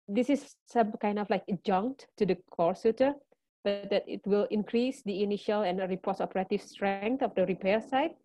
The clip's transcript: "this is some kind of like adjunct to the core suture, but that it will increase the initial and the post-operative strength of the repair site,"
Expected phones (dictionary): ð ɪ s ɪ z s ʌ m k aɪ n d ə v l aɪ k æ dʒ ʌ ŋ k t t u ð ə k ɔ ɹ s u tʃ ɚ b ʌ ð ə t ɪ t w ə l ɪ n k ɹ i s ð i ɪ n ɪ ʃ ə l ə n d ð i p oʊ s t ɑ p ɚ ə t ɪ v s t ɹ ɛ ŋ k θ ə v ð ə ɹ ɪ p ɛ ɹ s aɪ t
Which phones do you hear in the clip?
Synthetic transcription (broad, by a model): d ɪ s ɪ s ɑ m k aɪ n d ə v l aɪ k dʒ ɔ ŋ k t t u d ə k ɔ ɹ s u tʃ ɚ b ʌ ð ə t ɪ t w ə l ɪ n k ɹ i s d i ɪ n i ʃ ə l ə n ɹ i p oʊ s ɑ p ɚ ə t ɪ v s t ɹ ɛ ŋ k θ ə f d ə ɹ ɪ p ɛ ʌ s aɪ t